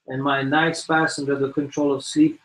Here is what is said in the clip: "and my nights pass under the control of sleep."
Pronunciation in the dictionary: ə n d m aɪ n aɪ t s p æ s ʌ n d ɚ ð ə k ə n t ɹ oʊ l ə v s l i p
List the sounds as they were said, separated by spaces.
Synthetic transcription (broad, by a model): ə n m aɪ n aɪ t s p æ s ʌ n d ɚ ð ə k ə n t ɹ oʊ l ə v s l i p